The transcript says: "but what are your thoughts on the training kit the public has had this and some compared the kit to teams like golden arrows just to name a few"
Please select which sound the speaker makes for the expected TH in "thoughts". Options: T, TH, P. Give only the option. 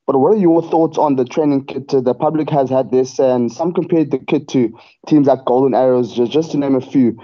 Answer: TH